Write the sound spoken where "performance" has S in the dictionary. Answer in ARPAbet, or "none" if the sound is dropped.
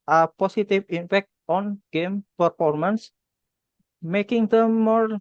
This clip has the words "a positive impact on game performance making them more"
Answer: S